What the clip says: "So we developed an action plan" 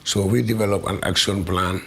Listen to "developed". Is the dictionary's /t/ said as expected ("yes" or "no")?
no